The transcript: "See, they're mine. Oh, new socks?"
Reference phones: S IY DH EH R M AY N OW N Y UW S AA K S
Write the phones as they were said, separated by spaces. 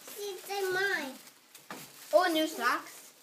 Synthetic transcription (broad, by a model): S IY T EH M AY OW N Y UW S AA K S